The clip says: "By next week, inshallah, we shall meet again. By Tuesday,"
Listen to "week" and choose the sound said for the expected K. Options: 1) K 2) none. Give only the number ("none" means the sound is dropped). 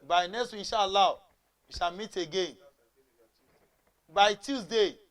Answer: 2